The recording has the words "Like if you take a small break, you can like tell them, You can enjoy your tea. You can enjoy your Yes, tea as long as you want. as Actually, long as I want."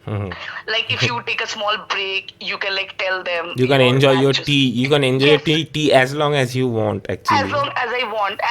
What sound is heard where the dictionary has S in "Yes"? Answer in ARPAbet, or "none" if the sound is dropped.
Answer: none